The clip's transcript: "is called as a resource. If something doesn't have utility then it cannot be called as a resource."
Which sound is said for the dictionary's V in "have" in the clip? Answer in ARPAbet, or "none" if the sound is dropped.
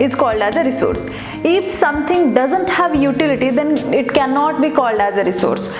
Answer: V